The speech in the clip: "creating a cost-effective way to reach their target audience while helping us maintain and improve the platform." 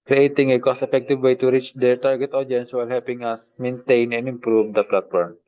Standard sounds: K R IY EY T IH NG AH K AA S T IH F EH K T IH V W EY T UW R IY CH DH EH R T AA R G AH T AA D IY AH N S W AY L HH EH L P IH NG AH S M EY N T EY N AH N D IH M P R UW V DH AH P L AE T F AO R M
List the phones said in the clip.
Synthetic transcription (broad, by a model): K R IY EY T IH NG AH K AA S IH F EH K T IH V W EY T UW R IY CH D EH R T AA R G AH T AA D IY N S W AY L HH EH L P IH NG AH S M EY N T EY N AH N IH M P R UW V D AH P L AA T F AO R M